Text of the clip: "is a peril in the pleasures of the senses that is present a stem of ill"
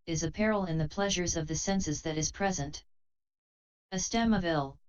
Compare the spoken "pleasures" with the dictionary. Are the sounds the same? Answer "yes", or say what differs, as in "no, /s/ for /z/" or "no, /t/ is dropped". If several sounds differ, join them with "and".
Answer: yes